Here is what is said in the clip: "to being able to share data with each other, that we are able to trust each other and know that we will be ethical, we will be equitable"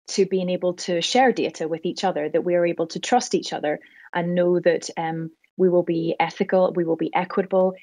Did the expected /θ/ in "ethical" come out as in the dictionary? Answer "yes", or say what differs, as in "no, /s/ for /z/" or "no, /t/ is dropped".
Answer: yes